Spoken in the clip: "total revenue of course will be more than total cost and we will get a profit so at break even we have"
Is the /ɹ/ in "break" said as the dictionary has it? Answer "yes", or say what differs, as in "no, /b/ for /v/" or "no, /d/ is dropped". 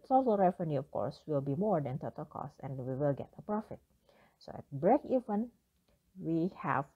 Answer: yes